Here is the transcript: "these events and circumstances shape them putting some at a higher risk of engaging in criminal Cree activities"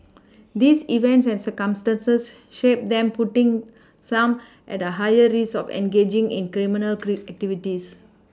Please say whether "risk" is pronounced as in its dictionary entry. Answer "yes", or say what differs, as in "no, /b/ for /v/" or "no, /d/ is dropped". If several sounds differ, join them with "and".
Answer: no, /k/ is dropped